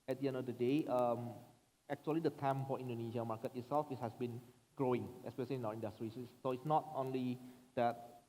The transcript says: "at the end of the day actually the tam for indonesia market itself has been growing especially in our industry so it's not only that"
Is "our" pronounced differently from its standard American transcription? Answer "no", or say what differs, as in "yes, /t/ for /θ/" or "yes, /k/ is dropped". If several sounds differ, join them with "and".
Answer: yes, /w/ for /ɹ/